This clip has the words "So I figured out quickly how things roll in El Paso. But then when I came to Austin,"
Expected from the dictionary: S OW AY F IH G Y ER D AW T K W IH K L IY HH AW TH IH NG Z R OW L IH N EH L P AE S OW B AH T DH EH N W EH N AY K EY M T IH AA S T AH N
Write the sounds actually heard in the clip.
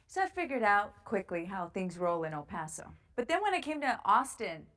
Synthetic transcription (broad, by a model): S OW AY F IH G Y ER D AW T K W IH K L IY HH AW TH IH NG Z R OW L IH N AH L P AE S OW B AH T DH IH N W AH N AY K EY M T IH AA S T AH N